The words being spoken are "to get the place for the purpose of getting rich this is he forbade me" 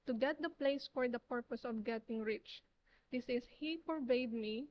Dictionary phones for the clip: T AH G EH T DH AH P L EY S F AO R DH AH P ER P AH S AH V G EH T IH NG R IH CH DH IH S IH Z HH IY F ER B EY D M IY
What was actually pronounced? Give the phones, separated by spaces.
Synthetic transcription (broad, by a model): T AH G EH T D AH P L EY S F AO R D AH P ER P AH S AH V G EH T IH NG R IH CH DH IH S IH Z HH IY P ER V EY D M IY